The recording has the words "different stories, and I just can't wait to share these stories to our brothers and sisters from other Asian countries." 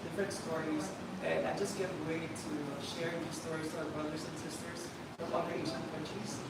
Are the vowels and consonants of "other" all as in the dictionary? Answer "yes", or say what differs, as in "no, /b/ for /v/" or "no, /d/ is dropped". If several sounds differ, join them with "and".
no, /ð/ is dropped